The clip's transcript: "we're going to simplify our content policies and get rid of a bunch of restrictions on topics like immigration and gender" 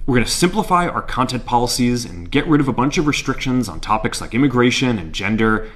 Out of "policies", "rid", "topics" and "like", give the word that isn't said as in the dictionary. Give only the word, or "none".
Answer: none